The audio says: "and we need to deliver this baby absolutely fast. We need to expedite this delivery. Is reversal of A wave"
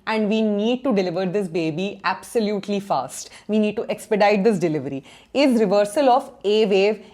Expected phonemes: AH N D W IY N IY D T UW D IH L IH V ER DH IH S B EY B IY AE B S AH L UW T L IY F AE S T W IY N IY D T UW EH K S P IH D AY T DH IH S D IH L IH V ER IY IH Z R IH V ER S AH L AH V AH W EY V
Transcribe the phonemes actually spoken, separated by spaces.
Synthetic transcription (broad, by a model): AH N D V IY N IY D T UW D IH L IH V ER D IH S B EY B IY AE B S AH L UW T L IY F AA S T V IY N IY D T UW EH K S P IH D AY T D IH S D IH L IH V ER IY IH Z R IH V ER S AH L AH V AH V EY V